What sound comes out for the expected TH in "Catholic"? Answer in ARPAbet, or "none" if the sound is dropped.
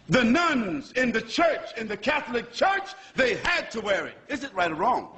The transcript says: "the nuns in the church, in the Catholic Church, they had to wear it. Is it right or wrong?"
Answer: TH